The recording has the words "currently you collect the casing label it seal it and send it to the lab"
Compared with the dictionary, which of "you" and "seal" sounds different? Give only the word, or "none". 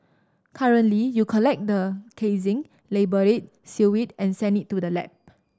seal